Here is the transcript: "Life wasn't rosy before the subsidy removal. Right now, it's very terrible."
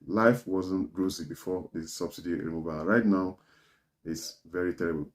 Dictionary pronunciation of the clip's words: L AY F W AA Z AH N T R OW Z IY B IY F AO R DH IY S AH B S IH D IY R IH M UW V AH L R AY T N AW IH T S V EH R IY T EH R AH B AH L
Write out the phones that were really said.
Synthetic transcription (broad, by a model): L AY F W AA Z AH N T R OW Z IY B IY F AO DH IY S AH B S IH D IY R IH M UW V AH N R AY T N AW IH T S V EH R IY T EH R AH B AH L